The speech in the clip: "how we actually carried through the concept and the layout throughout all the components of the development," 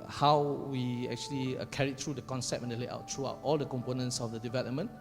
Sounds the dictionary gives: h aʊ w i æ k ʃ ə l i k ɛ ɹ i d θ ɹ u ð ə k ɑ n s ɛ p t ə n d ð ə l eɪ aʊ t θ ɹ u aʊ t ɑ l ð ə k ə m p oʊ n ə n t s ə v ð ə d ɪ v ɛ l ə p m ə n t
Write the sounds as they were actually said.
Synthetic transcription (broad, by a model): h aʊ w i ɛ k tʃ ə l i k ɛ ɹ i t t ɹ u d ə k ɑ n s ɛ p ə n d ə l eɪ aʊ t t ɹ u aʊ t ɑ l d ə k ə m p oʊ n ə n t s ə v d ə d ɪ v ɛ l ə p m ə n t